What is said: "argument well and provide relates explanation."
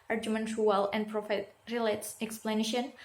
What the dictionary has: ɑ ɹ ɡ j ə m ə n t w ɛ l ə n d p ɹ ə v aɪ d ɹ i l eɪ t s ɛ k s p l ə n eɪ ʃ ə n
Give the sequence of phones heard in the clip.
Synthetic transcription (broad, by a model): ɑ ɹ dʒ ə m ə n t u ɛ l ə n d p ɹ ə f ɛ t ɹ i l eɪ t s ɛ k s p l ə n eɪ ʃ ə n